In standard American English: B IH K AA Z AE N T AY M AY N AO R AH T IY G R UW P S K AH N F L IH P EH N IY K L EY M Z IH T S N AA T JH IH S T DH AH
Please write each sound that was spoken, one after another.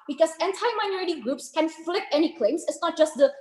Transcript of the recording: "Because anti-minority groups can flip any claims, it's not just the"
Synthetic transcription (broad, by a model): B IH K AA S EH N T AY M AY N AO R AH T IY G R UW P S K AH N F L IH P EH N IY K L EY M S IH T S N AA T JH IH S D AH